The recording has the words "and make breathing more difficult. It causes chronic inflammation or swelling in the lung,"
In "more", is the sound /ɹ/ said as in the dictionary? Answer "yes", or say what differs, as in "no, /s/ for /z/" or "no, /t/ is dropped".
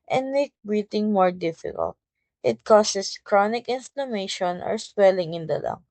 yes